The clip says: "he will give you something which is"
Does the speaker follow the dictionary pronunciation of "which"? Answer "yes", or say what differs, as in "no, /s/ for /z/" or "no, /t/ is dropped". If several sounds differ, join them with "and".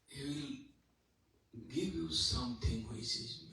no, /s/ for /tʃ/